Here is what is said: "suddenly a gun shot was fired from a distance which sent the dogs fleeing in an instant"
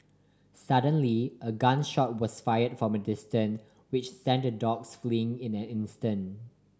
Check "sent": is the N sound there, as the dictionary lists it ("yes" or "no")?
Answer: yes